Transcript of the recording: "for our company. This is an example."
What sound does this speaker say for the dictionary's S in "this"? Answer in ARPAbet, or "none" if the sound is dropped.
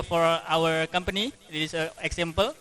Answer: none